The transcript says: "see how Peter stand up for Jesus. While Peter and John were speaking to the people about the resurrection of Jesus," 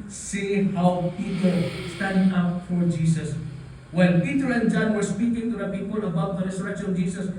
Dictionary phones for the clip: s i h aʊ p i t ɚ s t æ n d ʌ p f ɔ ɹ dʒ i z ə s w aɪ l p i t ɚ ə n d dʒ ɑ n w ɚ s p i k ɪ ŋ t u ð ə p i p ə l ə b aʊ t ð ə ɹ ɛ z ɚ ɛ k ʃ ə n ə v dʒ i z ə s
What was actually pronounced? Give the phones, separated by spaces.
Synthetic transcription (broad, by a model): s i h aʊ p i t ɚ s t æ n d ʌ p f ɔ ɹ dʒ i s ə s w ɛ n p i t ɚ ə n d dʒ ɑ n w ɚ s p i k ɪ ŋ t u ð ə p i p ə l ə b aʊ t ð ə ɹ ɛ s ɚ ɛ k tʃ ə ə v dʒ i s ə s